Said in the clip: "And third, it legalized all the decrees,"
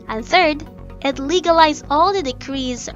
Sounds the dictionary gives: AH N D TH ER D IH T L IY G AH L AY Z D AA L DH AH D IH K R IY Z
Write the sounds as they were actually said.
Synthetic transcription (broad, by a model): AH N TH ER D IH T L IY G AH L AY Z AA L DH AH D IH K R IY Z